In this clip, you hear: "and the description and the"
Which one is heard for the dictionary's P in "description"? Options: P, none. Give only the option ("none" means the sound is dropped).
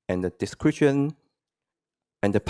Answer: none